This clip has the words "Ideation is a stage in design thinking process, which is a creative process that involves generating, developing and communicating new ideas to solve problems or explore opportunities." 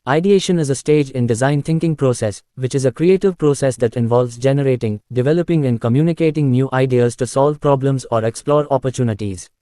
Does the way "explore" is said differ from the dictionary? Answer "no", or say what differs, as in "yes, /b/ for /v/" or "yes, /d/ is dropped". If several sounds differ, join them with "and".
no